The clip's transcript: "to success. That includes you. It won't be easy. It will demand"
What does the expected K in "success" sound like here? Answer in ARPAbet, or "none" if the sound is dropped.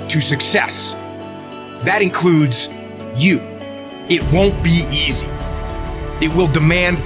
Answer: K